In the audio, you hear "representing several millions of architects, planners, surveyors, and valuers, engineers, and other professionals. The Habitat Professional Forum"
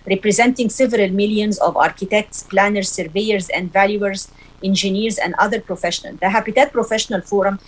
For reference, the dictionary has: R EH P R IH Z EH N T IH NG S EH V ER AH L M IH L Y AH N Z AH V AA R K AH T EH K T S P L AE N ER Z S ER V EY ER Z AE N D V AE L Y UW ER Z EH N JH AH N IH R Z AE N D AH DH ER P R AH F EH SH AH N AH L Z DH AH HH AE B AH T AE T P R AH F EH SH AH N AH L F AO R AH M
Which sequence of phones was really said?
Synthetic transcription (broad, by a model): R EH P R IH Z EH N T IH NG S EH V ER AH L M IH L Y AH N Z AH V AA R K AH T EH K T S P L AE N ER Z S ER V EY ER Z AE N D V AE L Y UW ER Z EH N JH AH N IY R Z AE N D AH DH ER P R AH F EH SH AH N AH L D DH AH HH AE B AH T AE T P R AH F EH SH AH N AH L F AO R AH M